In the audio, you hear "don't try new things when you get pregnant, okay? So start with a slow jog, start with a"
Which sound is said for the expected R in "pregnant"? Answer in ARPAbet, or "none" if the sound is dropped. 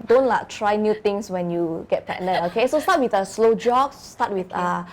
none